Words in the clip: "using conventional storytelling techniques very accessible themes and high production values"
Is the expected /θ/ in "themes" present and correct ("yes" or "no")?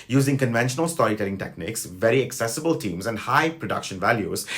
no